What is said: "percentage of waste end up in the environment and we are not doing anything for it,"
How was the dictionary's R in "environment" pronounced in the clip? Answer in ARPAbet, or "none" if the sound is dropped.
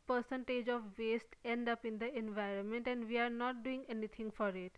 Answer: R